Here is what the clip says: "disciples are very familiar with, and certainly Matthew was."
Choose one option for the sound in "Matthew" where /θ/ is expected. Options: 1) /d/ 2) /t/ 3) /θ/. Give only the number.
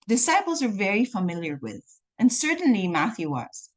3